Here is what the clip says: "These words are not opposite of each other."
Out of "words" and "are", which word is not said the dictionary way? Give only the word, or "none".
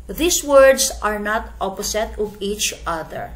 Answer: words